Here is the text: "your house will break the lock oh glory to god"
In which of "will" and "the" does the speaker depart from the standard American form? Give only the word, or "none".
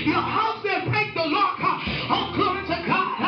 will